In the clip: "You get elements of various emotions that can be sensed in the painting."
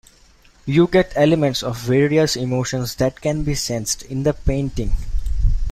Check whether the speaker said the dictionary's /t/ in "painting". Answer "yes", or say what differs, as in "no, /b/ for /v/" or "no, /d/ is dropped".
yes